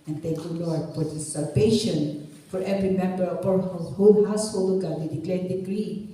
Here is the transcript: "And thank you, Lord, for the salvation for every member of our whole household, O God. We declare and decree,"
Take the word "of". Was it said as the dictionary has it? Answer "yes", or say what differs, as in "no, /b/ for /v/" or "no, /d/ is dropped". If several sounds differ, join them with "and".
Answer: no, /p/ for /v/